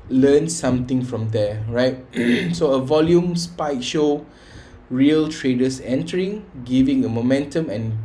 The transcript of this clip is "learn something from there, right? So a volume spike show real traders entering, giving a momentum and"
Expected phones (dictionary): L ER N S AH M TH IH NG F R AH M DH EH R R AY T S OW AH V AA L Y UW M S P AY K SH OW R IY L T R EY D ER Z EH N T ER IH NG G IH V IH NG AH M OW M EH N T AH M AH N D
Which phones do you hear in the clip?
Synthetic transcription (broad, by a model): L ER N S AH M T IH NG F R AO M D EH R R AY T S OW AH V AA L Y UW M S P AY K SH OW R IY L T R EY D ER S EH N T ER IH NG G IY V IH NG AH M OW M EH N T AH M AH N